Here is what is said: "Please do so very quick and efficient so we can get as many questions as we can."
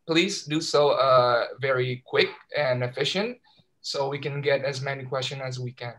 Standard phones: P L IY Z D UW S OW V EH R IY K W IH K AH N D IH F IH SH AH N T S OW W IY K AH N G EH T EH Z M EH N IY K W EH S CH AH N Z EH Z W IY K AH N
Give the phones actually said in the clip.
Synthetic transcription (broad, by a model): P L IY Z D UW S OW V EH R IY K W IH K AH N IH F IH SH AH N T S OW W IY K AH N G EH T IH Z M EH N IY K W EH S CH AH N IH Z W IY K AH N